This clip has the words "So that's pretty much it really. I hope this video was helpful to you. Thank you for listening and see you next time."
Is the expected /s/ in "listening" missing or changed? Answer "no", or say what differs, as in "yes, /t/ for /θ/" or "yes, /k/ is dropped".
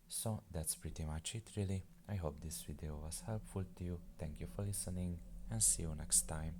no